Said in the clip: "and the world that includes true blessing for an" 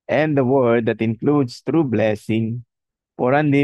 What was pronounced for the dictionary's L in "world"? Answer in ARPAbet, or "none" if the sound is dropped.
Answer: none